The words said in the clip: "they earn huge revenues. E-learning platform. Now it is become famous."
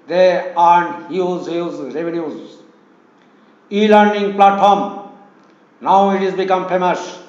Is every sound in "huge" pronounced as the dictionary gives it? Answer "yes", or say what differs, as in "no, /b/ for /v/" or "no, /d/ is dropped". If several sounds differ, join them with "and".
no, /z/ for /dʒ/